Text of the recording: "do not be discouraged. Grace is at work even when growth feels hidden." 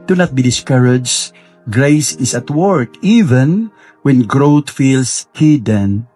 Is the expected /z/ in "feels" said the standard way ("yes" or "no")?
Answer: no